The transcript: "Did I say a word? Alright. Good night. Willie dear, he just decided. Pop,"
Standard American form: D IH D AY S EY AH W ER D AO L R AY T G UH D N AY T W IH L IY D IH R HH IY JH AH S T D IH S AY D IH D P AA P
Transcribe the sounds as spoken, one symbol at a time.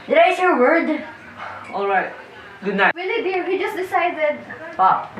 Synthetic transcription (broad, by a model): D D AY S AH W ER D AO L R AY T G UH D N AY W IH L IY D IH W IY JH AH S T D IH S AY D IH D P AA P